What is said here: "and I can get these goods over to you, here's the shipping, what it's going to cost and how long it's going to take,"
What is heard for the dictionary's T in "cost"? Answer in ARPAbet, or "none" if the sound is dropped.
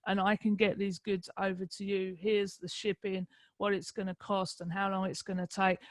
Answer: T